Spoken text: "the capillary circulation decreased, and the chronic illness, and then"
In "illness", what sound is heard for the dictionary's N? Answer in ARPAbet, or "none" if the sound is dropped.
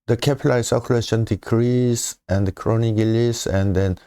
none